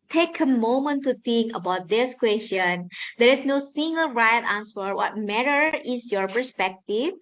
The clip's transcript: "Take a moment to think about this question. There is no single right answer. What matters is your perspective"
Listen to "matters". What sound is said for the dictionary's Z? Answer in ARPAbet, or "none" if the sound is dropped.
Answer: none